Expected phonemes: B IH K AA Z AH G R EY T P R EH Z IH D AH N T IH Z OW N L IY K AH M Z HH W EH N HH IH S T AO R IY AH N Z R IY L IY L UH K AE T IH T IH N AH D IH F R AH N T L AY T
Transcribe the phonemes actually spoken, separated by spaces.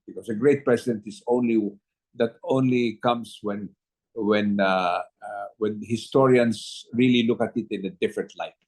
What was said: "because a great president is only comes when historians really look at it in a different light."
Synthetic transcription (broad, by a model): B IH K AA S AH G R EY T P R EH S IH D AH N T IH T OW N L IY K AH M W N W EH N HH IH S T AO R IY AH N S R IY L IY L UH K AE T IH T IH N AH D IH F R AH N T L AY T